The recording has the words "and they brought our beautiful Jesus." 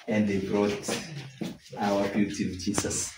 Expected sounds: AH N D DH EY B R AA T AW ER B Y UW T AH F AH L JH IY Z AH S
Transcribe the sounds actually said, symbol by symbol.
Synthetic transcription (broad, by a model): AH N D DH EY B R AA T AW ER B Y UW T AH AH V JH IY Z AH S